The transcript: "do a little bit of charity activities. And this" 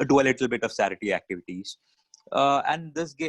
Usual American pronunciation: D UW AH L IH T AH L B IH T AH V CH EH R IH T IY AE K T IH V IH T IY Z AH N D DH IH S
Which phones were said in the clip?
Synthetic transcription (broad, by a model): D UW AH L IH T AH L B IH T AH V S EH R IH T IY AE K T IH V IH T IY Z AH N D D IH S